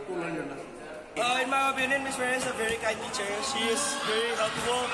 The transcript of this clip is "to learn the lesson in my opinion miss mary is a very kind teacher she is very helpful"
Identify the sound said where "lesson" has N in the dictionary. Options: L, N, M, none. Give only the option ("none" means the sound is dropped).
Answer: none